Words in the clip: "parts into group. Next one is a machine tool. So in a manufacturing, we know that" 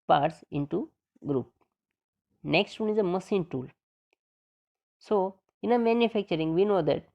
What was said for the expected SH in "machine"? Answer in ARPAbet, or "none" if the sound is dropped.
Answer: S